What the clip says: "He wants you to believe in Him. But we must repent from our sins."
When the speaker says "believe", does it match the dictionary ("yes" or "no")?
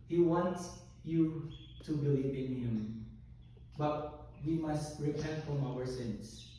no